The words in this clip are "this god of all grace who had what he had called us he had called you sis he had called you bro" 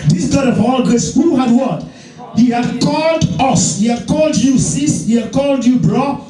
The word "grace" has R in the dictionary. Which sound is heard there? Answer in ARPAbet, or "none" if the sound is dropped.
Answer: none